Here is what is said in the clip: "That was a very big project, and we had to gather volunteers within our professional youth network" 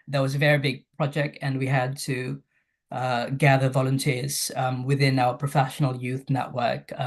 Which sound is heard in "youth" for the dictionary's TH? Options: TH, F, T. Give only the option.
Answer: TH